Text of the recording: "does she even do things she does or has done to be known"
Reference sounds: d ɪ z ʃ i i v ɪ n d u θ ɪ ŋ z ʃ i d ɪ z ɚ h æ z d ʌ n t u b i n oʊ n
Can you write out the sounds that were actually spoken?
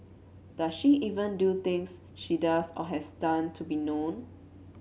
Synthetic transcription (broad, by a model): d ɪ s ʃ i i v ɪ n d u t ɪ ŋ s ʃ i d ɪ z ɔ h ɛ s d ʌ n t u b i n oʊ n